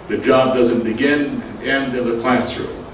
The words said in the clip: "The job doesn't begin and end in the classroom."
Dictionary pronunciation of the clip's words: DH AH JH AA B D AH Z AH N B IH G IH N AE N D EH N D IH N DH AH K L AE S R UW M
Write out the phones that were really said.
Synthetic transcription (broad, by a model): DH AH JH AA B D AH Z AH N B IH G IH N N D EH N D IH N DH AH K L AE S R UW